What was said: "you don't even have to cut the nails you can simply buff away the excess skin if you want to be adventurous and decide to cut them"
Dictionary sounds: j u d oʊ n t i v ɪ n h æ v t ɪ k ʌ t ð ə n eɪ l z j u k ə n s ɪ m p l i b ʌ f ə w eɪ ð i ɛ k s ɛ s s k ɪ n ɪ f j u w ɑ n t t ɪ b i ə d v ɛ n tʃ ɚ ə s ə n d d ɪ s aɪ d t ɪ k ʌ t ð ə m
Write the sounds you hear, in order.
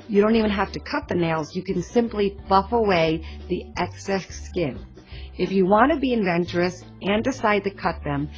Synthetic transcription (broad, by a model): j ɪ d oʊ n t i v ɪ n h æ f t ɪ k ʌ t ð ə n eɪ l z j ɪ k ə n s ɪ m p l i b ʌ f ə w eɪ ð i ɛ k s ɛ s s k ɪ n ɪ f j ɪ w ɑ n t t ɪ b i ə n v ɛ n tʃ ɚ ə s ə n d d ɪ s aɪ d t ɪ k ʌ t ð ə m